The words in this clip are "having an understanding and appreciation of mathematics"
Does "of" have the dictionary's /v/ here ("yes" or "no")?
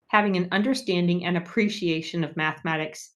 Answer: yes